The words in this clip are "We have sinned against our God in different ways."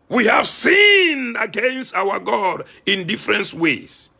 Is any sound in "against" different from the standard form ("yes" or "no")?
no